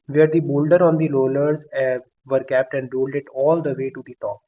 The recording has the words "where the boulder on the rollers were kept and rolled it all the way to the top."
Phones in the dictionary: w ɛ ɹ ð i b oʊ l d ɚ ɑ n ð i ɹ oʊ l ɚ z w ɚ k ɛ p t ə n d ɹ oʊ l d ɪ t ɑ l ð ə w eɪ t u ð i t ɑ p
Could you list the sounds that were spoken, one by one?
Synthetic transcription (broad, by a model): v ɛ ɹ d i b oʊ l d ɚ ɑ n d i l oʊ l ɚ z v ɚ k ɛ p t ə n d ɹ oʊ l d ɪ t ɑ l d ə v eɪ t u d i t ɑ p